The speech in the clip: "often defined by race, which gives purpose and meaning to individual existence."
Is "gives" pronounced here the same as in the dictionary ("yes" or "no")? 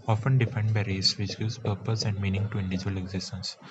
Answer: no